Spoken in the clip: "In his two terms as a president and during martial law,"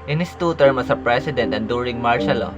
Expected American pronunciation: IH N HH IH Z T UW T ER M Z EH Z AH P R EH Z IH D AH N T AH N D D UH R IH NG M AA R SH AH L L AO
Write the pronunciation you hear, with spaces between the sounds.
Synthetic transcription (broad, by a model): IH N HH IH S T UW T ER M AH S AH P R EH S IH D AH N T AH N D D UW R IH NG M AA R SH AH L L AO